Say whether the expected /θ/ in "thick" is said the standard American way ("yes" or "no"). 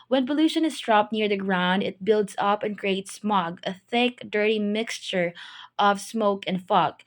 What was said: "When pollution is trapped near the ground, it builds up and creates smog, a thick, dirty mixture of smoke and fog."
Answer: yes